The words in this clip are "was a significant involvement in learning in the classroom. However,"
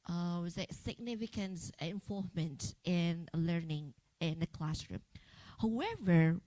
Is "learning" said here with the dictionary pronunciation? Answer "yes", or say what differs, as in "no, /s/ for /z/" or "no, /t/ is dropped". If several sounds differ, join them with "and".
yes